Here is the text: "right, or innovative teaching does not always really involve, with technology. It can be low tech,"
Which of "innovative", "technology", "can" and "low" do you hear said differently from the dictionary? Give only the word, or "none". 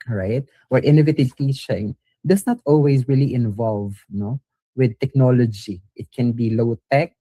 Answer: none